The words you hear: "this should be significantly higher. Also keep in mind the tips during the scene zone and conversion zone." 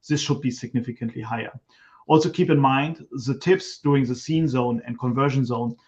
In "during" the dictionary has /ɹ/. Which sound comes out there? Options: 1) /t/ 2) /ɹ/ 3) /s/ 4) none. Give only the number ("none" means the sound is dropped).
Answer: 4